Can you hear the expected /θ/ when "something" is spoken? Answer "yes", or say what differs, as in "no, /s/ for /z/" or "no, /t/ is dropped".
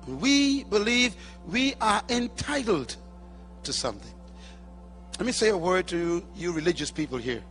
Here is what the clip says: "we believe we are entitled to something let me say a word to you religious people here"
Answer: yes